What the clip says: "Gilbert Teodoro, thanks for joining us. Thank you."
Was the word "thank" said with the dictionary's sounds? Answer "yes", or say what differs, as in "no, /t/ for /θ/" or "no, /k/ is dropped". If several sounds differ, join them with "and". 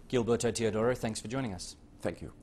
yes